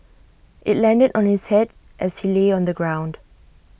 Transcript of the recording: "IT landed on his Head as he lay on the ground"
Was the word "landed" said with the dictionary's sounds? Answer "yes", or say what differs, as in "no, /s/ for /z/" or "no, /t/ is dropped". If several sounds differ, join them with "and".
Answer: yes